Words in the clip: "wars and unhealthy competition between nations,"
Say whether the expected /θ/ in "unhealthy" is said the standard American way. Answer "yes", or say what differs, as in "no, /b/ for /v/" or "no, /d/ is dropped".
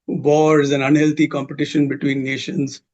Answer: no, /t/ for /θ/